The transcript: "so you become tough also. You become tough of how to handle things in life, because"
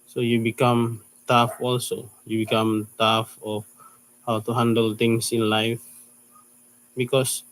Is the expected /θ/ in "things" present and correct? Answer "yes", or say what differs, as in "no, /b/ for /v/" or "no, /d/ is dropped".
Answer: no, /t/ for /θ/